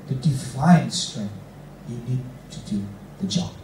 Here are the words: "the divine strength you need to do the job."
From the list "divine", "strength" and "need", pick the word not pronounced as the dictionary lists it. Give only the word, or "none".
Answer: divine